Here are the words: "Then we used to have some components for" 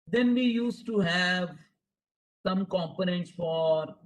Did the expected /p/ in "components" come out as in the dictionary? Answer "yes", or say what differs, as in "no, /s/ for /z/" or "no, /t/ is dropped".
yes